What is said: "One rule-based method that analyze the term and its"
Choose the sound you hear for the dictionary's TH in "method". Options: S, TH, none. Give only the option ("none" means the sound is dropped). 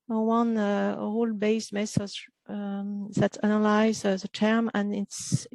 S